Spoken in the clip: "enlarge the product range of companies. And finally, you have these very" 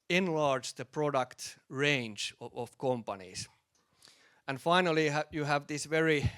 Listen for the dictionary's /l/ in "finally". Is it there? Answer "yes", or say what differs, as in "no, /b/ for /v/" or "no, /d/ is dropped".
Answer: yes